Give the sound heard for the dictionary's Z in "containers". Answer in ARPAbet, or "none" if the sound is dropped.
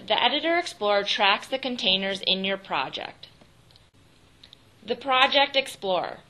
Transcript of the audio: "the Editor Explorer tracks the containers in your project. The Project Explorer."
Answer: Z